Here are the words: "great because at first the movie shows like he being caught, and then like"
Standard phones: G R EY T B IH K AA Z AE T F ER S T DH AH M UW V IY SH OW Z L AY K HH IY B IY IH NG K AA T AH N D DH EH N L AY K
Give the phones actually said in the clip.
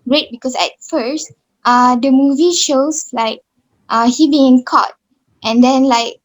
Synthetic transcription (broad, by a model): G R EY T B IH K AA S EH T F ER S T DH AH M UW V IY SH OW S L AY K HH IY B IY IH NG K AA T AH N D EH N L AY K